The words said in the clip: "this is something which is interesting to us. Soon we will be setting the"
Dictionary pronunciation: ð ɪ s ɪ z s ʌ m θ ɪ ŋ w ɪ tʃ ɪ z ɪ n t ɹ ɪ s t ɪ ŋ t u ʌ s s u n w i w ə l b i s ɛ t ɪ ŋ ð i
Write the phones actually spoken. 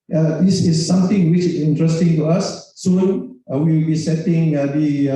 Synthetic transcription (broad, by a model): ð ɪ s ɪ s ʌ m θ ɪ ŋ w ɪ tʃ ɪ s ɪ n t ɹ ɪ s t ɪ ŋ t u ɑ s s u n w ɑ w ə w b i s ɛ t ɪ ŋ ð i